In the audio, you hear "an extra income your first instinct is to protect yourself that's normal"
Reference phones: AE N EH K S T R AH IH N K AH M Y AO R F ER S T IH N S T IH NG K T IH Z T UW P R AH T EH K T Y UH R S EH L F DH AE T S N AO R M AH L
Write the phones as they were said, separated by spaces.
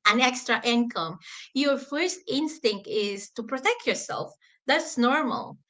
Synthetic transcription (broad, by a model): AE N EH K S T R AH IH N K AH M Y AO R F ER S T IH N S T IH NG K T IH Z T UW P R AH T EH K T Y UH R S EH L F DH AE T S N AO R M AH L